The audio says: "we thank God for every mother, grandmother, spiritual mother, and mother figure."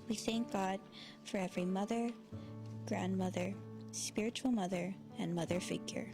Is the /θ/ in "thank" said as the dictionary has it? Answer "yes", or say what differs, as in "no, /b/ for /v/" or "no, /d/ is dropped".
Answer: yes